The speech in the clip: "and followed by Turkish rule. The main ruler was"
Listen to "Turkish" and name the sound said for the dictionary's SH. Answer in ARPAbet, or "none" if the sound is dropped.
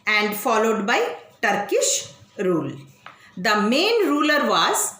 SH